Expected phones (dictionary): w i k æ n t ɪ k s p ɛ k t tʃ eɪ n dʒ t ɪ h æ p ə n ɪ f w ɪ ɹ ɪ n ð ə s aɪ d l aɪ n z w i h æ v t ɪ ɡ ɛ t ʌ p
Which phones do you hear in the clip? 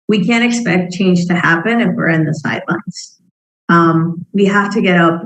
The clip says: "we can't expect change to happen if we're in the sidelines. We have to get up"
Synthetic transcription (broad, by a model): w i k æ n t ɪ k s p ɛ k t tʃ eɪ n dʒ t ɪ h æ p ə n ɪ f w ɪ ɹ ɪ n ð ə s aɪ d l aɪ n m w i h æ f t ɪ ɡ ɛ t ʌ p